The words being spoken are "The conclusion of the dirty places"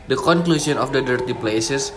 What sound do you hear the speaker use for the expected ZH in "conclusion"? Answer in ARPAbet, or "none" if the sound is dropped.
S